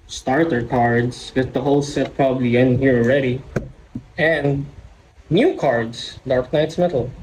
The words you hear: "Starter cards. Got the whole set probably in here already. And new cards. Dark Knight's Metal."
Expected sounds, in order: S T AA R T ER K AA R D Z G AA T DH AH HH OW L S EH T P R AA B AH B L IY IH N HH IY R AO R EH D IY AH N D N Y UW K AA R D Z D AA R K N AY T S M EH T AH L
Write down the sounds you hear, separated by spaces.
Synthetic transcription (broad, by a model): S T AA R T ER K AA R D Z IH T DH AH HH OW L S EH T P R AA B AH B L IY IH N HH IY R AO R EH D IY AH N D N Y UW K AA R D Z D AA R K N AY T S M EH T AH L